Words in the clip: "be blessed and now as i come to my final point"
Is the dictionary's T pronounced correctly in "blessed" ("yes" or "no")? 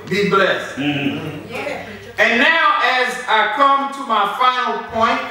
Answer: yes